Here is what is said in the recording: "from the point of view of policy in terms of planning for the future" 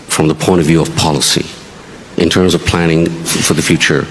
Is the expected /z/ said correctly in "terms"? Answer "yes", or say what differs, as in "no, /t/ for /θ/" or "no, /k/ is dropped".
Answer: yes